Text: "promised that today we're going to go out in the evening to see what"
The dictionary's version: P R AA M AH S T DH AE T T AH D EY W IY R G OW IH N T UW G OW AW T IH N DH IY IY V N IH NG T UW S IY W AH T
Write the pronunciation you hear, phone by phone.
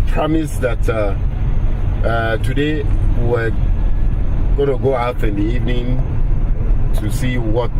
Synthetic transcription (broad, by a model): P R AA M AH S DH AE T T AH D EY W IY W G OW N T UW G OW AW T IH N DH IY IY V N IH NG T UW S IY W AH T